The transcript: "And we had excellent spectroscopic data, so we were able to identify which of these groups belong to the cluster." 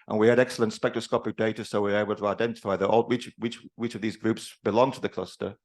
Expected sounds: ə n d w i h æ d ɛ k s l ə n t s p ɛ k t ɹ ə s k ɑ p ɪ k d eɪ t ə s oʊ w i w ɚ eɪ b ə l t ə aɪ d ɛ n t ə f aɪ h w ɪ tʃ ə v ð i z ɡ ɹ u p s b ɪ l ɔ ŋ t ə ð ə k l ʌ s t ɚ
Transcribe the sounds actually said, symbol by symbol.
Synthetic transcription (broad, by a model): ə n w i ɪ d ɛ k s l ə n t s p ɛ k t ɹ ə s k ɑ p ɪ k d eɪ t ə s oʊ w i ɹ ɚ eɪ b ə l t ə aɪ d ɛ n t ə f aɪ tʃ w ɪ tʃ ə v ð i z ɡ ɹ u p s b ɪ l ɔ ŋ t ə ð ə k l ʌ s t ɚ